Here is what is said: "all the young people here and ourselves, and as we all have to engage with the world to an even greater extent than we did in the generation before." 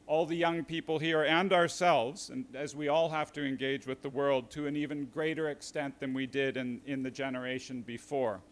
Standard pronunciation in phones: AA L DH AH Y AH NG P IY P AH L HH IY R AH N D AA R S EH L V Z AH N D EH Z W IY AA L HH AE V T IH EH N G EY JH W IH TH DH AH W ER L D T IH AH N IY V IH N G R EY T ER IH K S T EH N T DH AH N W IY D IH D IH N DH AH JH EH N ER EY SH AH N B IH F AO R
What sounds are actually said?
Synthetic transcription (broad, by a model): AA L DH AH Y AH NG P IY P L HH IY R AH N D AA R S EH L V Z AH N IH Z W IY AA L HH AE F T IH EH N G EY JH W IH DH AH W ER L D T IH AH N IY V IH N G R EY T ER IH K S T EH N DH AH N W IY D IH D IH N DH AH JH EH N ER EY SH AH N B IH F AO R